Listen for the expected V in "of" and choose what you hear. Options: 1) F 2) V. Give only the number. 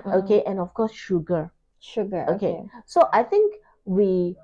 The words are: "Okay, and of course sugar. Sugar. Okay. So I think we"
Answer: 1